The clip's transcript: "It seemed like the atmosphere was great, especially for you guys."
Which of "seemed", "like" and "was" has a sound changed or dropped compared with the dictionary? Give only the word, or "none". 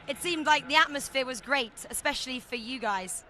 none